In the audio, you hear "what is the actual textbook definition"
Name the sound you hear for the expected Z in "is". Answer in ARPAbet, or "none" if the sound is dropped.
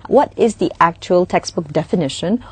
Z